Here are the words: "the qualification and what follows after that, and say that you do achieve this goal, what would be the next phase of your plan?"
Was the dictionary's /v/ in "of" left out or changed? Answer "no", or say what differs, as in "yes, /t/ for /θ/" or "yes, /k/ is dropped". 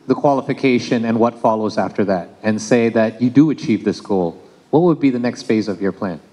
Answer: no